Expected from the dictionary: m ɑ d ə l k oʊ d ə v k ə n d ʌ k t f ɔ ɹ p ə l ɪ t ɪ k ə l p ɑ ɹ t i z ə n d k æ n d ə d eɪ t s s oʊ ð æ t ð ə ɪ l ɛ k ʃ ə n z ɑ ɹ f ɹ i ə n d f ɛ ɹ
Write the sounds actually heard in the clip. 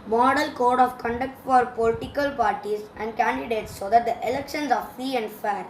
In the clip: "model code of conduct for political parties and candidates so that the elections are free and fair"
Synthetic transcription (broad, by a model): m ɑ d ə l k oʊ d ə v k ə n d ʌ k t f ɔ ɹ p ə l ɪ t ɪ k ə l p ɑ ɹ t i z ə n d k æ n d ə d eɪ t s s oʊ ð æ t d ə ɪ l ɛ k ʃ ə n s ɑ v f i ə n d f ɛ ɹ